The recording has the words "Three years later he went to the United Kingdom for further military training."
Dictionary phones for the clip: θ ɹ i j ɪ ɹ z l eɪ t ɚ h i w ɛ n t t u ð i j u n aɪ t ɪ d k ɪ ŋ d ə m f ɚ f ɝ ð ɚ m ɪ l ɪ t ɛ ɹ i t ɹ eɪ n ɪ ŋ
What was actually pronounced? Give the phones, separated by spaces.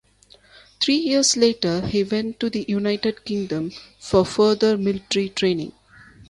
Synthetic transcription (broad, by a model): t ɹ i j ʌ ɹ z l eɪ t ɚ h i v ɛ n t t u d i j u n aɪ t ɪ d k ɪ ŋ d ə m f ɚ f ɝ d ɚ m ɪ l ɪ t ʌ ɹ i t ɹ eɪ n ɪ ŋ